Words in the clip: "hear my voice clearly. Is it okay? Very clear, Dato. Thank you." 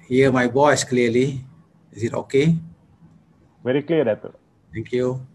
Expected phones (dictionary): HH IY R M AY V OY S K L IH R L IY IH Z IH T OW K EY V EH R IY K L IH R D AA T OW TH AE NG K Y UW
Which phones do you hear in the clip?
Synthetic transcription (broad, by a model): HH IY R M AY B OY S K L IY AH L IY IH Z IH T OW K EY V EH R IY K L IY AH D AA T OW T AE NG K Y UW